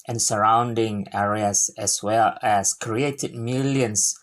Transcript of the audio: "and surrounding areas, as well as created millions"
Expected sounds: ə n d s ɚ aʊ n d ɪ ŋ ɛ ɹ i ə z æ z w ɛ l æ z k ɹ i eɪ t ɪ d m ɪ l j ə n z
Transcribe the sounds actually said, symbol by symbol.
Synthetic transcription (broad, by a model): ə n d s ɚ aʊ n d ɪ ŋ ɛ ɹ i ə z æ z w ɛ l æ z k ɹ i eɪ t ɪ d m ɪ l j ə n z